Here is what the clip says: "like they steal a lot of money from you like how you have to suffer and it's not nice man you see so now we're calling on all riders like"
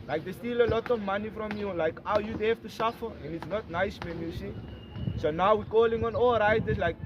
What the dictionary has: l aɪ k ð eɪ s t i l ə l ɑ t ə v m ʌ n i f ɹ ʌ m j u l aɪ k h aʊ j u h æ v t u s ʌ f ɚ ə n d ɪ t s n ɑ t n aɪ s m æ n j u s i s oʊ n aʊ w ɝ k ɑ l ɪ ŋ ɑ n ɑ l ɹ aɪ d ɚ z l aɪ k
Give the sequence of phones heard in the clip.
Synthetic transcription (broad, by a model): l aɪ k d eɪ s t i l ə l ɑ t ə v m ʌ n i f ɹ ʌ m j u l aɪ k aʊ j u h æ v t u s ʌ f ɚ ə n d ɪ t s n ɑ t n aɪ s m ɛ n j u s i s oʊ n aʊ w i k ɑ l ɪ ŋ ɑ n ɑ l ɹ aɪ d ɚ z l aɪ k